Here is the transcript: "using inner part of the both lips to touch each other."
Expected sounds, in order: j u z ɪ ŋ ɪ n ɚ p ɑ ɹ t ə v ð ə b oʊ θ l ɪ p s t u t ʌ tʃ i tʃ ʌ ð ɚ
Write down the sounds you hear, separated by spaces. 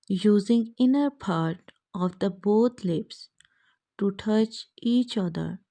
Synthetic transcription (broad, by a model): j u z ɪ ŋ ɪ n ɚ p ɑ ɹ t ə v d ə b oʊ t l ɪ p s t u t ʌ tʃ i tʃ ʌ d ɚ